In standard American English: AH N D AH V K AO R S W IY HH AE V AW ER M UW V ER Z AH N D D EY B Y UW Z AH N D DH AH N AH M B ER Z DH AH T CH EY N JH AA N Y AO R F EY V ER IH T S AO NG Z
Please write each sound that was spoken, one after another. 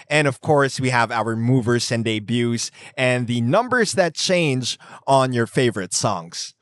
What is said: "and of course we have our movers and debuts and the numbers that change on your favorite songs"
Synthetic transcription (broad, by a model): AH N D AH V K AO R S W IY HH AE V AW ER M UW V ER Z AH N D D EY B Y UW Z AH N DH AH N AH M B ER Z DH AH T CH EY N JH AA N Y AO R F EY V ER IH T S AO NG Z